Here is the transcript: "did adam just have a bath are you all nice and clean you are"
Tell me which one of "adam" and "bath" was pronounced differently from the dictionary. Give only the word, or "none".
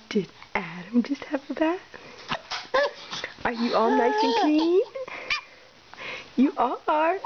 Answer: bath